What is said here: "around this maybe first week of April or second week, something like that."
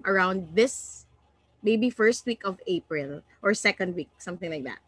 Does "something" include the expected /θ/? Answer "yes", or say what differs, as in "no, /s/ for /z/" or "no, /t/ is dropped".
yes